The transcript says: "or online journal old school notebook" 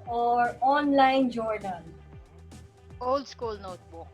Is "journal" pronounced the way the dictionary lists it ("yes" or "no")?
no